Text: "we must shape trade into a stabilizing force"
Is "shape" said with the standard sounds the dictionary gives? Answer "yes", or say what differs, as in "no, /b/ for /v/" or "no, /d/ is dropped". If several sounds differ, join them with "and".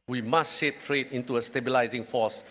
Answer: yes